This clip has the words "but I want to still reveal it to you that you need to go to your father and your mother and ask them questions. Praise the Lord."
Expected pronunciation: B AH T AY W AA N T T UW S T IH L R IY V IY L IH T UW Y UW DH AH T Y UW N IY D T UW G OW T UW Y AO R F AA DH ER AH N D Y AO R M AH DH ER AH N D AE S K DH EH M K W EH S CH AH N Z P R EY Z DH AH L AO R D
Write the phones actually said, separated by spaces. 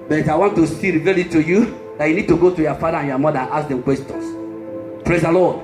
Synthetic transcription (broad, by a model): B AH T AY W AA N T T UW S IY R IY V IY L IH T UW Y UW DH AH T Y UW N IY D T UW G OW T UW Y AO F AA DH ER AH N Y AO M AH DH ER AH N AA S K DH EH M K W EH S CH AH N S P R EY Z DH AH L AO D